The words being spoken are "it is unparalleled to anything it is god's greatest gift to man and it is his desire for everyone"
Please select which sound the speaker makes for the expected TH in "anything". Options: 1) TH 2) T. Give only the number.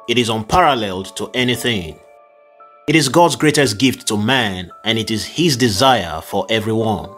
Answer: 1